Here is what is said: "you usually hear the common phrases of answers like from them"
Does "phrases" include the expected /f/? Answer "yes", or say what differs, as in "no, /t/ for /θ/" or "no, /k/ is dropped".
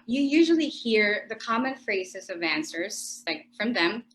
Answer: yes